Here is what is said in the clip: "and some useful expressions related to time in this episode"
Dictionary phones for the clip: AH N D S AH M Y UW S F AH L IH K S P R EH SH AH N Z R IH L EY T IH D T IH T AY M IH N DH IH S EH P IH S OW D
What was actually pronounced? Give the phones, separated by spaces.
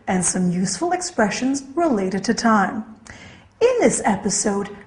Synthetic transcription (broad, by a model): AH N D S AH M Y UW S F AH L IH K S P R EH SH AH N Z R IH L EY T IH D T IH T AY M IH N DH IH S EH P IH S OW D